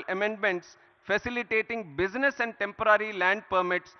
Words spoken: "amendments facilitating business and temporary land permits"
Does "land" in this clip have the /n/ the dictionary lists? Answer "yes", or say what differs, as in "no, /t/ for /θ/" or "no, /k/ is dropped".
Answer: yes